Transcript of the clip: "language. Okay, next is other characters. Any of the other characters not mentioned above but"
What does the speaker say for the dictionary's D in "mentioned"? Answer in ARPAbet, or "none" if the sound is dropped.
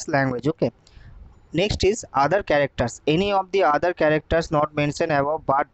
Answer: none